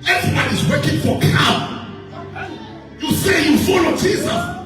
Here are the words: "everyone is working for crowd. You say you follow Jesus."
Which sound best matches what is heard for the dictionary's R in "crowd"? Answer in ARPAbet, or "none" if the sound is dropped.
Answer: none